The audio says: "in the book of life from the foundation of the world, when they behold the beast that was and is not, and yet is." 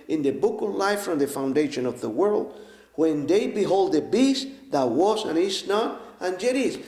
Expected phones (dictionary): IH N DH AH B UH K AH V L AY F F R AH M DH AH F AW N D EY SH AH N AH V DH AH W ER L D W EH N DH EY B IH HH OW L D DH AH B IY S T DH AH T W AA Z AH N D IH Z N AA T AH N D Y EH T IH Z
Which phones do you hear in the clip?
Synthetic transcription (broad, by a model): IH N DH AH B UH K AH V L AY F F R AH M DH AH F AW N D EY SH AH N AH V DH AH W ER L D W EH N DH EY B IH HH OW L D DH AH B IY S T DH AH T W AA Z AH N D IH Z N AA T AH N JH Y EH T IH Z